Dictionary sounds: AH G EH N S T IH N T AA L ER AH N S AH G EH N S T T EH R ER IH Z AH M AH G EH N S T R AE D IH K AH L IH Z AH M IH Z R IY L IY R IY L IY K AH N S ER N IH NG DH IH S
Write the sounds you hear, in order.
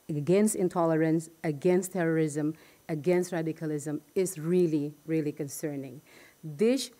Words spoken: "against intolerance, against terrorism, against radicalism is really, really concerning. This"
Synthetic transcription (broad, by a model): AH G EH N S T IH N T AA L ER AH N S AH G EH N S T T EH R ER IH Z AH M AH G EH N S T R AE D IH K AH L IH Z AH M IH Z R IY L IY R IY L IY K AH N S ER N IH NG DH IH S